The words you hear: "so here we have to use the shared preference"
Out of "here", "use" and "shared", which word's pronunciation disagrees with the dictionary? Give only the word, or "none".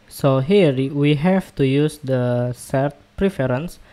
shared